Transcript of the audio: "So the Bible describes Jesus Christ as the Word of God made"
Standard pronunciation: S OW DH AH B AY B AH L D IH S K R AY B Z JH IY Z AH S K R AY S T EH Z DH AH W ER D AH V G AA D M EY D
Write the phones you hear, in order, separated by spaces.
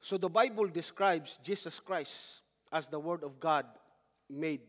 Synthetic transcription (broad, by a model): S OW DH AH B AY B AH L D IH S K R AY B S JH IY S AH S K R AY S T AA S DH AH W ER D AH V G AA D M EY D